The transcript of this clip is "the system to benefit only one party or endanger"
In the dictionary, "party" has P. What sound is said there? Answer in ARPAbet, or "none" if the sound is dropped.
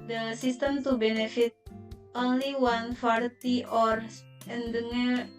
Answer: F